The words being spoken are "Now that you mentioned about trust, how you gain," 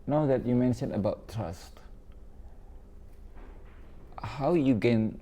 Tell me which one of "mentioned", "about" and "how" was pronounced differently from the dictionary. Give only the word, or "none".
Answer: mentioned